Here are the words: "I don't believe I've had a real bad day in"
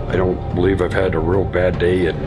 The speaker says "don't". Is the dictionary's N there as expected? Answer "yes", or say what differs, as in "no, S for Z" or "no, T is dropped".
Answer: yes